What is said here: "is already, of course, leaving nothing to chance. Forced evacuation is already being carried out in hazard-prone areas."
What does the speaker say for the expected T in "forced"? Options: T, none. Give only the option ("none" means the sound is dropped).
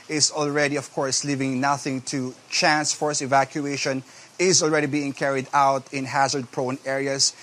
none